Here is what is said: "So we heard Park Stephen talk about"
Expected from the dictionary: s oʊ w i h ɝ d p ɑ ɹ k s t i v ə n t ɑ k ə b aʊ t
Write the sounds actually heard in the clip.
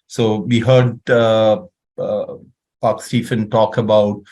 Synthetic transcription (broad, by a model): s oʊ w i h ɝ d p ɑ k s t i f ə n t ɑ k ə b aʊ t